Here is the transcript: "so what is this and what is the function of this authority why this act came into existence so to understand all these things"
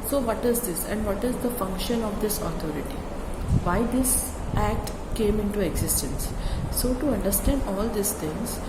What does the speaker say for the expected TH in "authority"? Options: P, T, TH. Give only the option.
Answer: T